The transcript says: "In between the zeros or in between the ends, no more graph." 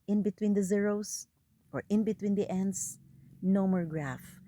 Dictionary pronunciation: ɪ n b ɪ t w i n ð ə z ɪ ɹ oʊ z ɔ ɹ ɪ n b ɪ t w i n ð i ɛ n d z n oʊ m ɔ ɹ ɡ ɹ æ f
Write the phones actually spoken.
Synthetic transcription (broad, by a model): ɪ n b ɪ t w i n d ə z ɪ ɹ oʊ s ɔ ɹ ɪ n b ɪ t w i n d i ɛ n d s n oʊ m ɔ ɹ ɡ ɹ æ f